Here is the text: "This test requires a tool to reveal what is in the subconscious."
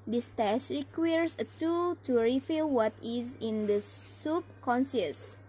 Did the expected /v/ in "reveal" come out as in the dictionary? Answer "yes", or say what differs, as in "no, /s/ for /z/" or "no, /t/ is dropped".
no, /f/ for /v/